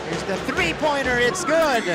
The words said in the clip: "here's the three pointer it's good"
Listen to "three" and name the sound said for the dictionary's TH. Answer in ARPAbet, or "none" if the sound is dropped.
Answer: TH